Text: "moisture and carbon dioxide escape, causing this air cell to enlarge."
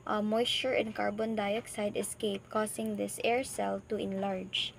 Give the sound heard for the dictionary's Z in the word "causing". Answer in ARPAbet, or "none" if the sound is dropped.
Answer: S